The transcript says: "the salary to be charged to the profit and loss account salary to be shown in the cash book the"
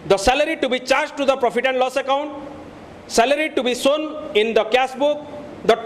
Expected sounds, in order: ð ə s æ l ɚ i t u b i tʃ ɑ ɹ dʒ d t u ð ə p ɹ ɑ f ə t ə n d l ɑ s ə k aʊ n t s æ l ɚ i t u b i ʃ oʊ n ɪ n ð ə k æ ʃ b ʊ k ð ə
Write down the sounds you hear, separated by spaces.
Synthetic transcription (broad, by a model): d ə s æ l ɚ i t u b i tʃ ɑ ɹ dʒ t u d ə p ɹ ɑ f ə t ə n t l ɑ s ə k aʊ n t s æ l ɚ i t u b i s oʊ n ɪ n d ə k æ s b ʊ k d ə